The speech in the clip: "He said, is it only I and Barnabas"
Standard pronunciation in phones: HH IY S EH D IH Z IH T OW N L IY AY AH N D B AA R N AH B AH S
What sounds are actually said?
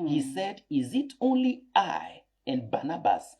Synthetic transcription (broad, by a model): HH IY S EH D IH Z IH T OW N L IY AY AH N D B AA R N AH B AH S